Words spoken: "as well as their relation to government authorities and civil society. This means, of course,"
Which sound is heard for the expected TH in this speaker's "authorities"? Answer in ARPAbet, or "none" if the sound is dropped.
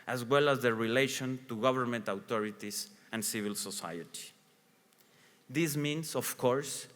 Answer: T